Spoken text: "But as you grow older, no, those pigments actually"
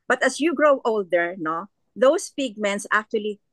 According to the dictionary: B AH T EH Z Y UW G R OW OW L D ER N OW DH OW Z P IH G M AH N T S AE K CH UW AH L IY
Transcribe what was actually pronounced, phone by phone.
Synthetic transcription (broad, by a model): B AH T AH S Y UW G R OW OW L D ER N OW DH OW S P IH G M AH N T S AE K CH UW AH L IY